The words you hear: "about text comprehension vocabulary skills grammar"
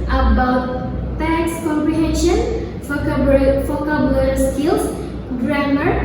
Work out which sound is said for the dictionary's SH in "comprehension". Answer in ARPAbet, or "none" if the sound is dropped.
SH